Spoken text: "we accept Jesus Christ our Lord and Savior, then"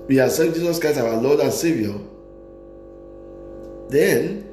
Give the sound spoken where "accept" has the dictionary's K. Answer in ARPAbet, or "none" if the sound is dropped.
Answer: none